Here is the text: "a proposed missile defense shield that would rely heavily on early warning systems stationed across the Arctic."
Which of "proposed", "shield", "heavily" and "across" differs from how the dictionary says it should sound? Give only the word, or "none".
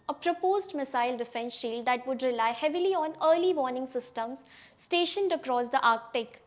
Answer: none